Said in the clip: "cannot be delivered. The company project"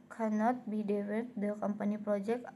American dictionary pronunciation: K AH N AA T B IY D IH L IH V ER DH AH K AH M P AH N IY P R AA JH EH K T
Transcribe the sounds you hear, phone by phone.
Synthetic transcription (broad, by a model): K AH N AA T B IY D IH W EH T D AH K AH M P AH N IY P R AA JH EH K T